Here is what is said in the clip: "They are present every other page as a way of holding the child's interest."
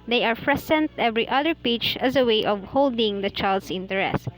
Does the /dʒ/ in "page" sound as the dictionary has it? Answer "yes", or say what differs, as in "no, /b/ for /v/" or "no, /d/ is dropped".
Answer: no, /tʃ/ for /dʒ/